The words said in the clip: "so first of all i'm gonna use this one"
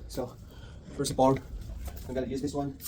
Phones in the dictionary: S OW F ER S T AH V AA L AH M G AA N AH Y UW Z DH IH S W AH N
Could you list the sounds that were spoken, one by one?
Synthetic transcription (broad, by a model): S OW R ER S AH P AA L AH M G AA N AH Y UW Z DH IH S W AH N